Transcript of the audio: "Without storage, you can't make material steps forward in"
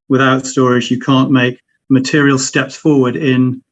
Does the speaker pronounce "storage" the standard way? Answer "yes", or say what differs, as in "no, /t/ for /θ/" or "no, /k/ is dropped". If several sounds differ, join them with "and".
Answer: no, /z/ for /dʒ/